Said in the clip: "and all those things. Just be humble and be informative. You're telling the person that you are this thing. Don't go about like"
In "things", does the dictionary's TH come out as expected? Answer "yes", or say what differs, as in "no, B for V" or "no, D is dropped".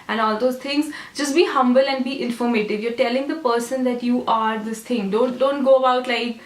no, T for TH